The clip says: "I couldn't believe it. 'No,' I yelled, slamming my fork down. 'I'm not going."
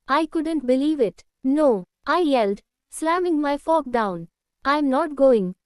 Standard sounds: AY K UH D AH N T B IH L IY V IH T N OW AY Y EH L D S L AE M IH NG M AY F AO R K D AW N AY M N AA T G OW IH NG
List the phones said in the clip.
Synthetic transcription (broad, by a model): AY K UH D AH N T B IH L IY V IH T N OW AY Y EH L D S L AE M IH NG M AY F AO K D AW N AY M N AA T G OW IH NG